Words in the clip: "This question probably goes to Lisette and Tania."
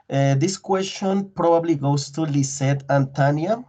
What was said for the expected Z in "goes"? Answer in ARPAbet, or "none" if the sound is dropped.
S